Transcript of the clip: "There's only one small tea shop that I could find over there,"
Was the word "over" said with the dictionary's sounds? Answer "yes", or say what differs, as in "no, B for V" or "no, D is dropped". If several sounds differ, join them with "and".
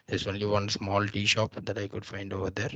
yes